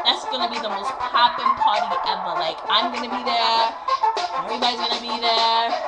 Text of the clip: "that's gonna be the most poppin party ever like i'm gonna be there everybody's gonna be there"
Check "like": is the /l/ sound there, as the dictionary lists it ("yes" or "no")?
yes